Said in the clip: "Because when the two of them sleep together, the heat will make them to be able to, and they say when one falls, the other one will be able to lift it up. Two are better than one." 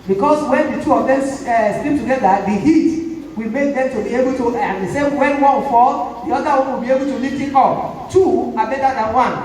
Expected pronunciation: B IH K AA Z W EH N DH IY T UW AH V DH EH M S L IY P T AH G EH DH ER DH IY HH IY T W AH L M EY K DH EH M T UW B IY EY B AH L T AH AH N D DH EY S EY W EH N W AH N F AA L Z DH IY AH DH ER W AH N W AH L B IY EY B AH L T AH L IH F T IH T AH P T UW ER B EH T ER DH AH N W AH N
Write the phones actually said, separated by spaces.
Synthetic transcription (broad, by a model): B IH K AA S W EH N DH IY T UW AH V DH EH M S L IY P T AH G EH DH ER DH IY HH IY T W AH L M EY K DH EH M T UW B IY EY B AH L T AH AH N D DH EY S EY W EH N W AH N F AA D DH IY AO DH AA W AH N W AH L B IY EY B AH L T AH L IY T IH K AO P T UW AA B EH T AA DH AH N W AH N